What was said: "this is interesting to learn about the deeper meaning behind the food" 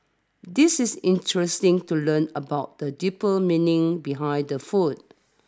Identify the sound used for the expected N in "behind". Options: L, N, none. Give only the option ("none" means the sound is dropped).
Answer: none